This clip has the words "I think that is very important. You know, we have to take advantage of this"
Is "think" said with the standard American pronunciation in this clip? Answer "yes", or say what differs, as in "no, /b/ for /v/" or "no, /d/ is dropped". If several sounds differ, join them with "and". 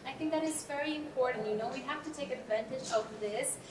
yes